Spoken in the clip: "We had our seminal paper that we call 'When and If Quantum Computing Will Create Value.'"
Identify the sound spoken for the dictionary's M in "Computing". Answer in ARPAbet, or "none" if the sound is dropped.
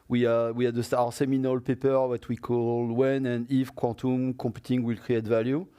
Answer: none